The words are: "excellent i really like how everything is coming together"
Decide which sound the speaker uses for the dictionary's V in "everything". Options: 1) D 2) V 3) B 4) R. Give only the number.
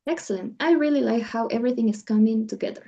2